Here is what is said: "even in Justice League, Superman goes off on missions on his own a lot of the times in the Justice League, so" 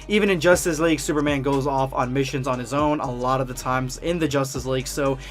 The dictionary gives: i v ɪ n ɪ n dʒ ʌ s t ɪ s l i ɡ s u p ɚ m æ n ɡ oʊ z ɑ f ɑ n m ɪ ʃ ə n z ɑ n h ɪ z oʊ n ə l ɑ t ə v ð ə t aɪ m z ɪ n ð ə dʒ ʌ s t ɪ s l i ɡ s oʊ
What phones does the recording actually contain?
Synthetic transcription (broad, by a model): i v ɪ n ɪ n dʒ ʌ s t ɪ s l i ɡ s u p ɚ m æ n ɡ oʊ z ɑ f n m ɪ ʃ ə n z n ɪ z oʊ n ə l ɑ t ə v ð ə t aɪ m z ɪ n ð ə dʒ ʌ s t ɪ s l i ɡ s oʊ